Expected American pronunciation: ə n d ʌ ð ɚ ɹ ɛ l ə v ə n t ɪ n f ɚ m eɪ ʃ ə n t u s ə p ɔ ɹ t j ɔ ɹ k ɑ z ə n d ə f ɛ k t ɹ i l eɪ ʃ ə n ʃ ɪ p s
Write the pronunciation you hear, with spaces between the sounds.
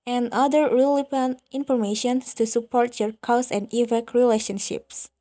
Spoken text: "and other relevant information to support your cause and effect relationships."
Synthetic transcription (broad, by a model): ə n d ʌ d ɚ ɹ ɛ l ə p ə n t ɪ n f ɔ m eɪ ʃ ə n t u s ə p ɔ ɹ t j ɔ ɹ k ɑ s ə n d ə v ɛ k ɹ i l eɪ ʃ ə n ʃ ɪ p s